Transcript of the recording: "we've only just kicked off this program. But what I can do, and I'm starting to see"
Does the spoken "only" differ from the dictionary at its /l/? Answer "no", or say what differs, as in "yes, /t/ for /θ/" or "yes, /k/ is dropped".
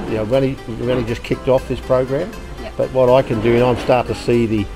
yes, /n/ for /l/